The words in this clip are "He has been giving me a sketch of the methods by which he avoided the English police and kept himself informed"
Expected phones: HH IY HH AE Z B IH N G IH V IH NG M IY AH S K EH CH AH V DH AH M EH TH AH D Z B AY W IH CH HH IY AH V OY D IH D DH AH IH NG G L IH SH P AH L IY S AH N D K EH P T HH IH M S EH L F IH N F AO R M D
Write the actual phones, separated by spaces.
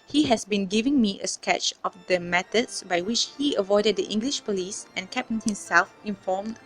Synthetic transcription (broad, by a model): HH IY HH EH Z B IH N G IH V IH NG M IY AH S K EH CH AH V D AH M EH T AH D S B AY W IH CH HH IY AH V OY D IH D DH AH IH NG G L IH SH P AH L IY S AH N K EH P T HH IH M S EH L F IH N F AO M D